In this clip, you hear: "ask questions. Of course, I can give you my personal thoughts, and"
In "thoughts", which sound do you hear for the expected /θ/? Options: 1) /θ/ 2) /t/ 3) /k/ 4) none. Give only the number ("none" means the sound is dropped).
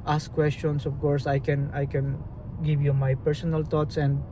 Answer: 2